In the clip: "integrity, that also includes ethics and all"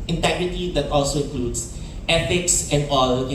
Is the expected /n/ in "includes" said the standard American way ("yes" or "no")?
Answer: no